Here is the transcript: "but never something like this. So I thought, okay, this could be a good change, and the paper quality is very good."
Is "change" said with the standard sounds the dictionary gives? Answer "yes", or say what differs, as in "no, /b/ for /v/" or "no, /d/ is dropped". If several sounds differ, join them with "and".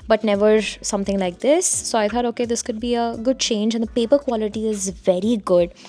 yes